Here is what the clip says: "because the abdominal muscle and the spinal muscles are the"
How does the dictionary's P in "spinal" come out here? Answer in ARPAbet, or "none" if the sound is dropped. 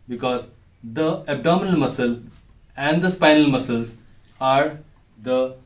P